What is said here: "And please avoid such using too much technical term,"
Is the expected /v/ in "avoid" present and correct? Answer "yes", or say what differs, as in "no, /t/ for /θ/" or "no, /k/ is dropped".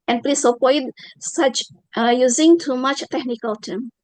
no, /p/ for /v/